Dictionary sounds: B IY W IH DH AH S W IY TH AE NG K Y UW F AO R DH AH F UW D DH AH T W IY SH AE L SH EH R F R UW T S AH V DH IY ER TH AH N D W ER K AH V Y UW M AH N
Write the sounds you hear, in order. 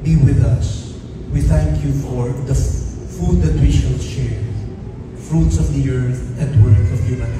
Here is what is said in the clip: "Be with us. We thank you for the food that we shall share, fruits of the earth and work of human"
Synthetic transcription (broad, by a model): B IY W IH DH AH S W IY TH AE NG K Y UW F AO R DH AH F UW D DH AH T W IY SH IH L SH EH R F R UW T S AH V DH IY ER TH AH N D W ER K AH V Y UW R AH